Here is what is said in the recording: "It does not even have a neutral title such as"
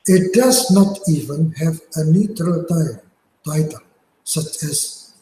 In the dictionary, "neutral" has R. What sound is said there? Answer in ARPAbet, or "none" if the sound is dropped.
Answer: R